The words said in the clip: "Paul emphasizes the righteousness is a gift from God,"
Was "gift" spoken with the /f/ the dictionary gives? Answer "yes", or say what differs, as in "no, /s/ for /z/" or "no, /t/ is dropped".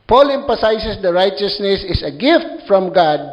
yes